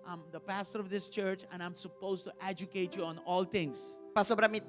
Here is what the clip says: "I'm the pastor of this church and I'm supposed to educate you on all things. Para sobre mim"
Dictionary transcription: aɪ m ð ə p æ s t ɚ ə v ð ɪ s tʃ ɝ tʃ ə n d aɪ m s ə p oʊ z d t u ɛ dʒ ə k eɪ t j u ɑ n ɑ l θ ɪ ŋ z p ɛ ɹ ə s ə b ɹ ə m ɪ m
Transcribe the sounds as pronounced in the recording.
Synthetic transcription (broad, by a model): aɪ m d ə p æ s t ɚ ə v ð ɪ s tʃ ɝ tʃ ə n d aɪ m s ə p oʊ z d t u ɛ dʒ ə k eɪ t j u ɑ n ɑ l t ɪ ŋ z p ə s ə b ɹ ə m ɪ